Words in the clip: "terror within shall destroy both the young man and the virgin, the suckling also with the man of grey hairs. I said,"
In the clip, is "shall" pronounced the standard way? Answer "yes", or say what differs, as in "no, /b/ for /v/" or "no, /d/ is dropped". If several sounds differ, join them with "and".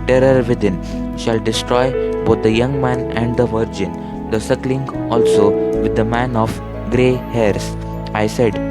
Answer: yes